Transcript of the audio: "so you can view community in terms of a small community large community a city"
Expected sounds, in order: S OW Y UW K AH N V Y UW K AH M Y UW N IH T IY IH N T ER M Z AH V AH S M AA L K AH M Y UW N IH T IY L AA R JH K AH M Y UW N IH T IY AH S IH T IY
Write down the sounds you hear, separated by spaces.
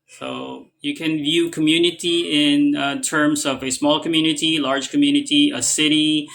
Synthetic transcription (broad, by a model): S OW Y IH K AH N V Y UW K AH M Y UW N IH T IY IH N T ER M Z AH V AH S M AA L K AH M Y UW N IH T IY L AA R JH K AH M Y UW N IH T IY AH S IH T IY